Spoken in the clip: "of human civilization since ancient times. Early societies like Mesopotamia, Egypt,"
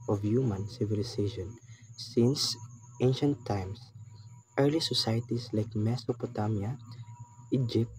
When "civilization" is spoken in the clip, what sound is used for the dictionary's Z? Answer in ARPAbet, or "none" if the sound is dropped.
S